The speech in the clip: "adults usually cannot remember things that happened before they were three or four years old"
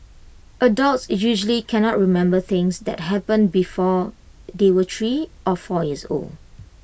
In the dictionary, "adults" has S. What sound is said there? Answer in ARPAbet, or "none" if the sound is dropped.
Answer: S